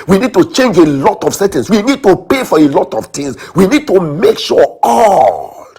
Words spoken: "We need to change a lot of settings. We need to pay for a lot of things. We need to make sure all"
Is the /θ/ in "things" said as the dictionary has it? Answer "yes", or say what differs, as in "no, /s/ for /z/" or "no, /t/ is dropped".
no, /t/ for /θ/